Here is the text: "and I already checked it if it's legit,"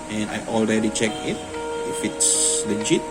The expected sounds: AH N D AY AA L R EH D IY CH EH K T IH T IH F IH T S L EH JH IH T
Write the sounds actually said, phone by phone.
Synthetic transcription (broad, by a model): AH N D AY AA L R EH D IY CH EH K IH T IH F IH T S L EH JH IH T